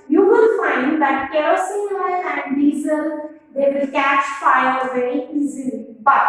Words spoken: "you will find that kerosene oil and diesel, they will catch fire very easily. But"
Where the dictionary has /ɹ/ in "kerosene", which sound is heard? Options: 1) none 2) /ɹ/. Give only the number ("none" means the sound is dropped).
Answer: 1